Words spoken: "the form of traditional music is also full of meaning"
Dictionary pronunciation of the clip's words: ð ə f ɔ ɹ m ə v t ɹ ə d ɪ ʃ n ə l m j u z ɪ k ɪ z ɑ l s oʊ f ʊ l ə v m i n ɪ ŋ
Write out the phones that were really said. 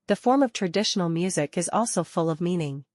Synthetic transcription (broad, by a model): ð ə f ɔ ɹ m ə v t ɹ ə d ɪ ʃ n l m j u z ɪ k ɪ z ɑ l s oʊ f ʊ l ə v m i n ɪ ŋ